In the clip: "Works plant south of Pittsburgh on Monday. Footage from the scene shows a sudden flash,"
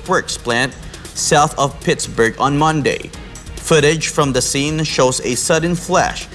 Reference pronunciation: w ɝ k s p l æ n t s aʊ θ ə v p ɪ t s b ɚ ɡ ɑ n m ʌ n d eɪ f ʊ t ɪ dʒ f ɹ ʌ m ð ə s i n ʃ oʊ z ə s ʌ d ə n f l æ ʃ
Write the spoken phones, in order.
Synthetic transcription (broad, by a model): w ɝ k s p l æ n t s aʊ θ ə v p ɪ t s b ɚ ɡ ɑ n m ʌ n d eɪ f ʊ t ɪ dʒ f ɹ ʌ m ð ə s i n ʃ oʊ z ə s ʌ d n f l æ ʃ